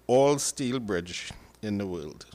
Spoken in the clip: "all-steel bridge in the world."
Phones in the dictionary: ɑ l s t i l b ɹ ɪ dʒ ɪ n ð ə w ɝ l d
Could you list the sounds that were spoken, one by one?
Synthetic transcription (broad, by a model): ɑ l s t i l b ɹ ɪ dʒ ɪ n ð ə w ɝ l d